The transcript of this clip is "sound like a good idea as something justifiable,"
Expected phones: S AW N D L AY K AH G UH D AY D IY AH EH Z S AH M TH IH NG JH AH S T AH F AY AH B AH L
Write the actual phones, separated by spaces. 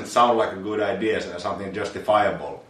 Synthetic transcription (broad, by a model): S AW N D L AY K AH G UH D AY D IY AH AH S AH M TH IH NG JH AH S T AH F AY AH B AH L